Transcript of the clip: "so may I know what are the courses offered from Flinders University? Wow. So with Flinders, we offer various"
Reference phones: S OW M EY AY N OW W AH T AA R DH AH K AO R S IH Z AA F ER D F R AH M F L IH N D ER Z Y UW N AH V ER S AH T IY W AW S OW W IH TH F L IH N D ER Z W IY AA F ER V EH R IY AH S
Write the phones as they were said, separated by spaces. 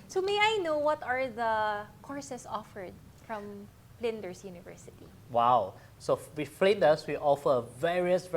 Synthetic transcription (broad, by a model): S OW M EY AY N OW W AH T AA R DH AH K AO R S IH S AA F ER D F R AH M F L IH N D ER S Y UW N AH V ER S AH T IY W AW S OW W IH F L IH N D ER S W IY AA F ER V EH R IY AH S